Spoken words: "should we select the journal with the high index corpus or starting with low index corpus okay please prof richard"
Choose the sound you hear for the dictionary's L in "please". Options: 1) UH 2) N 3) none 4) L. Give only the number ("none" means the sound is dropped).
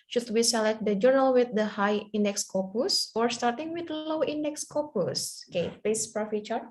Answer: 3